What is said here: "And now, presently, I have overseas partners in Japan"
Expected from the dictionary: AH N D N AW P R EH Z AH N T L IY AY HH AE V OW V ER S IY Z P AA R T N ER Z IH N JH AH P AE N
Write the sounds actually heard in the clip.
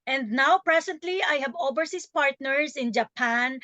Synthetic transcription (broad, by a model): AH N D N AW P R EH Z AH N T L IY AY HH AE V OW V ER S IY S P AA R T N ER S IH N JH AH P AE N